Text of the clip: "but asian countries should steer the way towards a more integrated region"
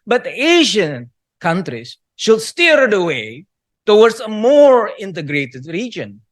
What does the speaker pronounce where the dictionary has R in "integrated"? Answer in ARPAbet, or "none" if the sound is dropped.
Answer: R